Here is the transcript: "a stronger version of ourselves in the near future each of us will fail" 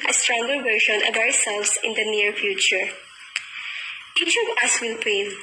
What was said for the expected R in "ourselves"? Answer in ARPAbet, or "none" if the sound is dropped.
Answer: W